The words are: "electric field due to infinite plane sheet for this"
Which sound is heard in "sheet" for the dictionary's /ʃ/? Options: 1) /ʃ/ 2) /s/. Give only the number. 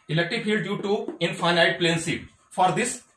2